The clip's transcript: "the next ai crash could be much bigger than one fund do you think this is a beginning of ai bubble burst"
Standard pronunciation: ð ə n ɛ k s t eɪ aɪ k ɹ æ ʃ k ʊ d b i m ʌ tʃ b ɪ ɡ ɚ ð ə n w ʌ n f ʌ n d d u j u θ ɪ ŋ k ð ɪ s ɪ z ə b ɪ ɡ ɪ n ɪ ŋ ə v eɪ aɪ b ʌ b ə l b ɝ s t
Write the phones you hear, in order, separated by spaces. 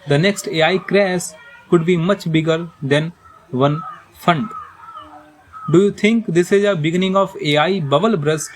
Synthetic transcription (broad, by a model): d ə n ɛ k s t eɪ aɪ k ɹ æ s k ʊ d b i m ʌ tʃ b ɪ ɡ ɚ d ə n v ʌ n f ʌ n d d u j u t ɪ ŋ k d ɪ s ɪ z ə b ɪ ɡ ɪ n ɪ ŋ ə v eɪ aɪ b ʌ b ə l b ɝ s